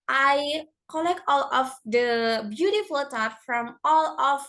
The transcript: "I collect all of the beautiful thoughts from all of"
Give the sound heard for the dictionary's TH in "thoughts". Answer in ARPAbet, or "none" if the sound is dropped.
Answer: T